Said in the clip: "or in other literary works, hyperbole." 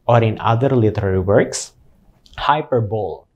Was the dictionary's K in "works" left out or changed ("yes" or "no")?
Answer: no